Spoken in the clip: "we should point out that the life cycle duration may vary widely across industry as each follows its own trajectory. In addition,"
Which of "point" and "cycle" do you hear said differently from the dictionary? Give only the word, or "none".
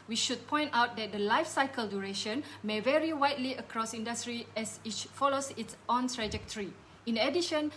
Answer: none